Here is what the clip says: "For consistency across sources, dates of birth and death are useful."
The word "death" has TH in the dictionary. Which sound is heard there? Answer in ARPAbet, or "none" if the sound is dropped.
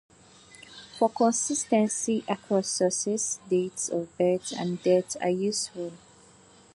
T